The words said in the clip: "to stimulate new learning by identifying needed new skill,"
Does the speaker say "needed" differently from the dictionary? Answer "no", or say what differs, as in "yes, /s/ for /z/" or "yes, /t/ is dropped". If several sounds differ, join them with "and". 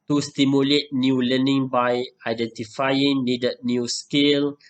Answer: yes, /l/ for /n/